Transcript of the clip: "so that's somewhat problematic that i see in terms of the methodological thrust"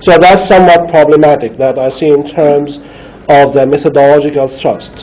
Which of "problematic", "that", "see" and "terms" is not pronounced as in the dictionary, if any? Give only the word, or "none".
none